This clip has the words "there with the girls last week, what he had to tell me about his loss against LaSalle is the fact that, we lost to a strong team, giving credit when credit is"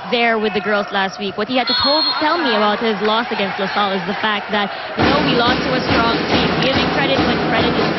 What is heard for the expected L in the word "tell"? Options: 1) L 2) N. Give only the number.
1